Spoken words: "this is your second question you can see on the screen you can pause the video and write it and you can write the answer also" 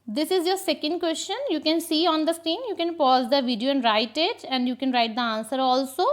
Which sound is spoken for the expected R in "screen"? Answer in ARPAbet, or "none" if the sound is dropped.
none